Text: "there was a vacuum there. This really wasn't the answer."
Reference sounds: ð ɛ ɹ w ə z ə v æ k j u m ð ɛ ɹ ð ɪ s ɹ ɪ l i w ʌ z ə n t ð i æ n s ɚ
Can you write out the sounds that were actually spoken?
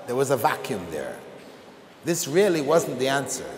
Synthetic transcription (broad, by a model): ð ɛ ɹ w ə z ə v æ k j u m ð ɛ ɹ ð ɪ s ɹ ɪ l i w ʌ z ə n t ð i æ n s ɚ